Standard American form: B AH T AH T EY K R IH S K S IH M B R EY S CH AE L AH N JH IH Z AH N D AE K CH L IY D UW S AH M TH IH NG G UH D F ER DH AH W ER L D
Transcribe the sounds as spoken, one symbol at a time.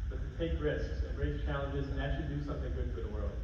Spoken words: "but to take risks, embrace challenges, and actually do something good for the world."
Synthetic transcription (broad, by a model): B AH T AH T EY K R IH S K S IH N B R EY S CH AE L AH N JH IH Z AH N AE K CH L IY D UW S AH M TH IH NG G UH D F ER DH AH W ER L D